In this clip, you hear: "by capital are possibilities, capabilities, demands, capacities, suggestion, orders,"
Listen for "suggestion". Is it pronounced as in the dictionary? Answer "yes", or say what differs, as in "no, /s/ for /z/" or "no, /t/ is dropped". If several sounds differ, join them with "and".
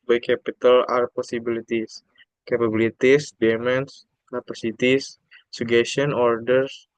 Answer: no, /dʒ/ is dropped